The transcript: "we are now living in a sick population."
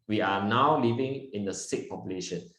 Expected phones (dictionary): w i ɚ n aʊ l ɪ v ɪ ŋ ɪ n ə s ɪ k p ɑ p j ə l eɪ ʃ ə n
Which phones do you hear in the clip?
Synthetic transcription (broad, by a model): w i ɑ n aʊ l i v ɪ ŋ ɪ n ə s ɪ k p ɑ p j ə l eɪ ʃ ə n